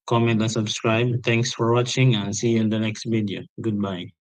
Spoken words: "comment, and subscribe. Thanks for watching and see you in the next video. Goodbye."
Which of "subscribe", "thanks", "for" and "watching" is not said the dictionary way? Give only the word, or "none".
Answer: thanks